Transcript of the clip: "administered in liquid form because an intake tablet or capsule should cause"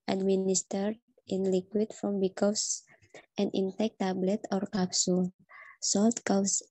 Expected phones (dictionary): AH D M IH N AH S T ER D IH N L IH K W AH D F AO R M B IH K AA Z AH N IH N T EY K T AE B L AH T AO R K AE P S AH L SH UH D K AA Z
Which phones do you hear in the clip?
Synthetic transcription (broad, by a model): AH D M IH N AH S T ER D IH N L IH K W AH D F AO M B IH K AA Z AH N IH N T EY K T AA B L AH T AO R K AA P S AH L S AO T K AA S